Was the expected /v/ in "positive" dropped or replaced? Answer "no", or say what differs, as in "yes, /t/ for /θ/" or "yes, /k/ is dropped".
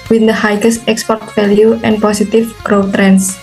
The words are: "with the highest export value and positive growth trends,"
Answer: yes, /f/ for /v/